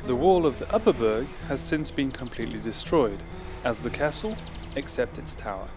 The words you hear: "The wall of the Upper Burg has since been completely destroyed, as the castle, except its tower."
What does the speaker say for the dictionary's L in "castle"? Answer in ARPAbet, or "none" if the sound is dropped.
L